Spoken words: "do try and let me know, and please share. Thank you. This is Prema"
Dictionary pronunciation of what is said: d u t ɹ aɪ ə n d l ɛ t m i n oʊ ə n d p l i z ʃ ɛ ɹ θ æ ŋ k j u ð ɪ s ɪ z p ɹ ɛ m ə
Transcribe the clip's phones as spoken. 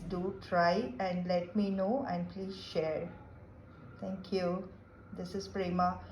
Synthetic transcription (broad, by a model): d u t ɹ aɪ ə n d l ɛ t m i n oʊ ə n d p l i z ʃ ɛ ɹ t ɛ ŋ k j u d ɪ s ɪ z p ɹ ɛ m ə